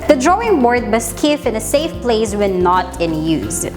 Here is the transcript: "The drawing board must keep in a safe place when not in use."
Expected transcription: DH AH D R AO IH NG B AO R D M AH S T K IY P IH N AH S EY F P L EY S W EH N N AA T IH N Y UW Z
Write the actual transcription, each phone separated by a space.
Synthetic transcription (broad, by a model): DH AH D R AO IH NG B AO R D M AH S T K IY F IH N AH S EY F P L EY S W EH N N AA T IH N Y UW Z